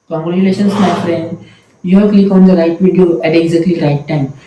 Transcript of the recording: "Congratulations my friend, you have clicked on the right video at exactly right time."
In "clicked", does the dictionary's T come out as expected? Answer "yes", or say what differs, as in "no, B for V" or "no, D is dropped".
no, T is dropped